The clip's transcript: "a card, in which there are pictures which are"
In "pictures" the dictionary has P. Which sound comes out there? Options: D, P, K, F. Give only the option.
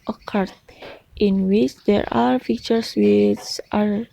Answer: F